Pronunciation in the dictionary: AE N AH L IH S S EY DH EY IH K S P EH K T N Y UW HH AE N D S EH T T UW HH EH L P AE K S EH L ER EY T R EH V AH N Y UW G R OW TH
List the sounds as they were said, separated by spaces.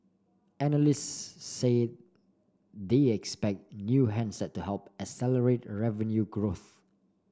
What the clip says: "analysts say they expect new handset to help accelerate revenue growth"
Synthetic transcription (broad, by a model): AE N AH L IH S S EY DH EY IH K S P EH K T N Y UW HH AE N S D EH T T UW HH EH L P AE S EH L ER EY T R EH V AH N Y UW G R OW TH